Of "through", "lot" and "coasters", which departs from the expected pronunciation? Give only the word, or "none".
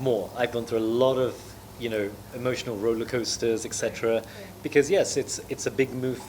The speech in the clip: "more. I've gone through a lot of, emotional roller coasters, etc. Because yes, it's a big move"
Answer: none